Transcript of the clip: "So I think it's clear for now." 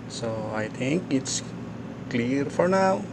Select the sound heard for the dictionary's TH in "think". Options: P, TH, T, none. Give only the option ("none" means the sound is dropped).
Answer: T